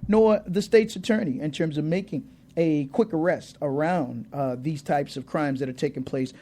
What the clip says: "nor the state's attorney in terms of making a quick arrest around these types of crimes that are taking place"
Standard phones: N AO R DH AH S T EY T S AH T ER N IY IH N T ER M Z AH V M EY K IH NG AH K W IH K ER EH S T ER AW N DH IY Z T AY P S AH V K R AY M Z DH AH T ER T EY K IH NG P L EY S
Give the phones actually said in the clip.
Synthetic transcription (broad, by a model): N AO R DH AH S T EY T S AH T ER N IY IH N T ER M Z AH V M EY K IH NG AH K W IH K ER EH S T ER AW N DH IY Z T AY P S AH V K R AY M Z DH AH T ER T EY K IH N P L EY S